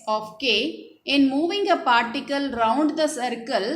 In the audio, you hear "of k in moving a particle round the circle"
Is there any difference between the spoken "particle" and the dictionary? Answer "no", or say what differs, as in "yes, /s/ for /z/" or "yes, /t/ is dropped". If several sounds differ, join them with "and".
no